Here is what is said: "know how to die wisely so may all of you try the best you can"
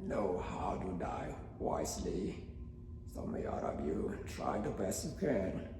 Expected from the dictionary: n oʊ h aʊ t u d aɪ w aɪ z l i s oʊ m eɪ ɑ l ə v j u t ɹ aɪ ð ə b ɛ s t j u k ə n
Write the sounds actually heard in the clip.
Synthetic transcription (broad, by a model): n oʊ h aʊ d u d aɪ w aɪ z l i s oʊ m eɪ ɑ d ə b j u t ɹ aɪ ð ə b ɛ s t j u k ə n